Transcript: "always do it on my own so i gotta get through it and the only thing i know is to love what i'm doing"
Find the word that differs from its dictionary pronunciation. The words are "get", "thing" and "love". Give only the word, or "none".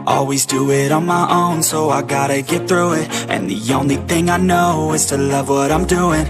none